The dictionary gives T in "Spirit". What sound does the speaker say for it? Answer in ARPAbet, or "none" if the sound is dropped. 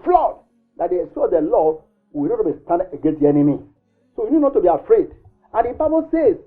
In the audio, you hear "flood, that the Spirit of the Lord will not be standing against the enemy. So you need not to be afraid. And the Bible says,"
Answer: none